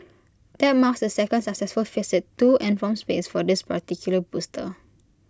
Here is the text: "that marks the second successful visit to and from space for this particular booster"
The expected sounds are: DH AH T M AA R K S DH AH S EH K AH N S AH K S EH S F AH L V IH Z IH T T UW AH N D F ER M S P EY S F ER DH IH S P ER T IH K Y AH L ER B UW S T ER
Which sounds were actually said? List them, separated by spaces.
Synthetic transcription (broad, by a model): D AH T M AA K S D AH S EH K AH N S AH K S EH S F AH L F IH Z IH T T UW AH N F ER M S P EY S F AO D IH S P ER T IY K Y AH L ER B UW S T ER